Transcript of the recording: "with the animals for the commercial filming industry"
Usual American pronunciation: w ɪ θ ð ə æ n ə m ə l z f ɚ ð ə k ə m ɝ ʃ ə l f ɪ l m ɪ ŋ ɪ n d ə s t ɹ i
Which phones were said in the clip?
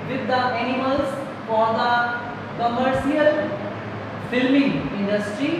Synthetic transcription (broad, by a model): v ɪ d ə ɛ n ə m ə l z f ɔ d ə k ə m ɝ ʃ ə l f ɪ l m ɪ ŋ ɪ n d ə s t ɹ i